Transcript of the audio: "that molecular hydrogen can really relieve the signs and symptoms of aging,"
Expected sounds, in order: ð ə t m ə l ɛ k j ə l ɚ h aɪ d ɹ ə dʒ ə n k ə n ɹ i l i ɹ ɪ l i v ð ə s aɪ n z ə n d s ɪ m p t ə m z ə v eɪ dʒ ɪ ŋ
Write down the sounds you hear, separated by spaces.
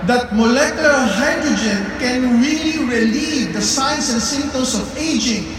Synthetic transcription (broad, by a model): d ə t m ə l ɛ k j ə l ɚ h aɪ d ɹ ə dʒ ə n k ə n ɹ i l i ɹ ɪ l i v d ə s aɪ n s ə n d s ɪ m t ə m s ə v eɪ dʒ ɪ ŋ